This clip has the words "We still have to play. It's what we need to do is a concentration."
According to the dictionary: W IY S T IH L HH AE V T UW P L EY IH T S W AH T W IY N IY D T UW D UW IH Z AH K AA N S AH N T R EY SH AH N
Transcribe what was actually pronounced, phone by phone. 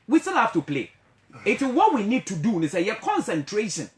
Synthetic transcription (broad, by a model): W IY S T IH L HH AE F T UW P L EY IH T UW W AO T W IY N IY D T UW D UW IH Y AH K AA N S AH N T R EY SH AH N